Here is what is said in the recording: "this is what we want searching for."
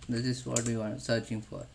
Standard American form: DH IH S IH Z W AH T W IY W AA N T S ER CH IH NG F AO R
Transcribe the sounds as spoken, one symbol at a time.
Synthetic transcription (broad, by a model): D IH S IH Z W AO T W IY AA T S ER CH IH NG F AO R